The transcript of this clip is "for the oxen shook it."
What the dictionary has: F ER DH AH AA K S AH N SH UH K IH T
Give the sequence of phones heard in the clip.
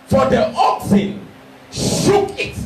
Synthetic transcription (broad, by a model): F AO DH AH AA K S AH N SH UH K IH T